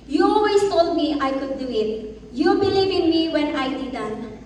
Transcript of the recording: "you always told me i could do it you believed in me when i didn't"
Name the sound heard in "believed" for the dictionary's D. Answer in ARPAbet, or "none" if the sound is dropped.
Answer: none